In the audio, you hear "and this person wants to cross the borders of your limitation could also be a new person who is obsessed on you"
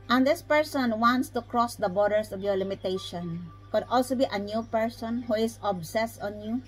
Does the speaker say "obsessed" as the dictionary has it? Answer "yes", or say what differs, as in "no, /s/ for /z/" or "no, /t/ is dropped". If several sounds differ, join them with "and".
yes